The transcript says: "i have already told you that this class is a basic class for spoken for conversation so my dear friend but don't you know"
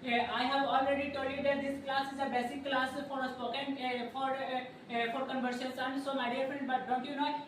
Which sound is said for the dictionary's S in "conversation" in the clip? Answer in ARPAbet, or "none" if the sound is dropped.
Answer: SH